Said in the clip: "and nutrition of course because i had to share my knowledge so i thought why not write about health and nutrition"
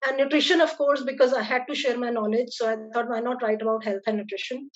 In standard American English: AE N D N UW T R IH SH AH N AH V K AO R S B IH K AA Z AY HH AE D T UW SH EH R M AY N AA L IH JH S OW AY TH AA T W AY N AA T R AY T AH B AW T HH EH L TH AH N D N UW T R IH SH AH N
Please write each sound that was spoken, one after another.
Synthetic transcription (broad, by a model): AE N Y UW T R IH SH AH N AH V K AO R S B IH K AA Z AY HH AE D T UW SH EH R M AY N AA L IH JH S OW AY T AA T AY N AA T R AY T AH B AW T HH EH L T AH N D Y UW T R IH SH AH N